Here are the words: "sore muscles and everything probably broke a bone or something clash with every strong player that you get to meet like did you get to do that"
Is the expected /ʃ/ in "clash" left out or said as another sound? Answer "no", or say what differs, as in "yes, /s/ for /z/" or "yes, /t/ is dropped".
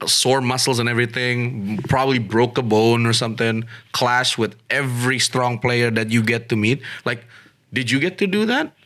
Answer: no